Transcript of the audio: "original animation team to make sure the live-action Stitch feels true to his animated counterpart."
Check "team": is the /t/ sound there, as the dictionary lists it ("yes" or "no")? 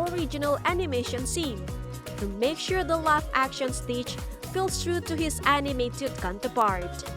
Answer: no